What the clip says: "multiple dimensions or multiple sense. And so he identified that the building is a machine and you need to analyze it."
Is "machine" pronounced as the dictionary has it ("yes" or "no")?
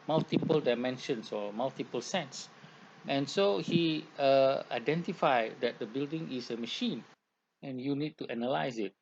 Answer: yes